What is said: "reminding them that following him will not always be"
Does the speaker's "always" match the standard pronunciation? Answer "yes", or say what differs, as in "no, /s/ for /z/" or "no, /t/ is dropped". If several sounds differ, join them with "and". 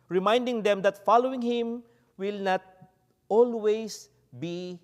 no, /s/ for /z/